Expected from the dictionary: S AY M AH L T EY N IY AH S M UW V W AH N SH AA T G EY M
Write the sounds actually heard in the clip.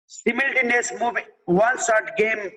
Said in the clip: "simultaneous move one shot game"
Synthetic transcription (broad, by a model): S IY M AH L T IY N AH S M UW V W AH N S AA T G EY M